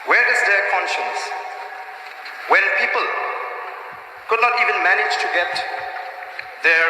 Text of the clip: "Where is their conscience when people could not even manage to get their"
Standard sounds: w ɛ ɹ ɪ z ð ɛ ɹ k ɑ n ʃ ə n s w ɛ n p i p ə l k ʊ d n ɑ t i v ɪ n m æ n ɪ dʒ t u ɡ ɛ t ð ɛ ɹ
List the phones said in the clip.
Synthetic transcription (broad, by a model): w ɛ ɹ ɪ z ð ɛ k ɑ n ʃ ə n s w ɛ n p i p ə l k ʊ d n ɑ t i v ɪ n m æ n ɪ dʒ t u ɡ ɛ t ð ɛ